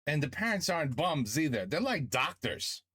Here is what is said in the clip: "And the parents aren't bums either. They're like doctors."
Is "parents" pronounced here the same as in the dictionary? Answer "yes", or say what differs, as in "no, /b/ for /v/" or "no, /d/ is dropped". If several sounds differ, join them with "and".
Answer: yes